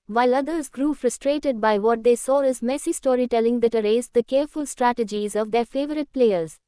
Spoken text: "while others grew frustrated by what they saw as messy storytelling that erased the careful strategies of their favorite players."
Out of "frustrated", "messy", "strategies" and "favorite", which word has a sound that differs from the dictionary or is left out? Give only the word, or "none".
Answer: none